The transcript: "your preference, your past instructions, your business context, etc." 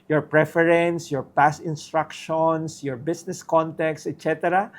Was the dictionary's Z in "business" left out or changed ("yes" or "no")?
yes